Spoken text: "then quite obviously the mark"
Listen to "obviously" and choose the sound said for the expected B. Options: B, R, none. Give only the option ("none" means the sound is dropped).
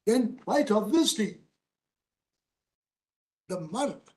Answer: none